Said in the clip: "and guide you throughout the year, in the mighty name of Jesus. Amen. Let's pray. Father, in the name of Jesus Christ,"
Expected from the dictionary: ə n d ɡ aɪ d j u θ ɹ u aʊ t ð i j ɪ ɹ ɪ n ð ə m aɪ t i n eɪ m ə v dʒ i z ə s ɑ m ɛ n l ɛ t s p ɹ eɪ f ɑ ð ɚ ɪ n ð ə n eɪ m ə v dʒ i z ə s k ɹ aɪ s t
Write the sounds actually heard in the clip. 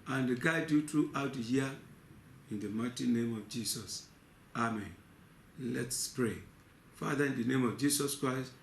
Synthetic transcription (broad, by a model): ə n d ɡ aɪ d j u t ɹ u aʊ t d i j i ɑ ɪ n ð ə m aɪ t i n eɪ m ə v dʒ i s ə s ɑ m ɛ n l ɛ t s p ɹ eɪ f ɑ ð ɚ ɪ n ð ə n eɪ m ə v dʒ i s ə s k ɹ aɪ s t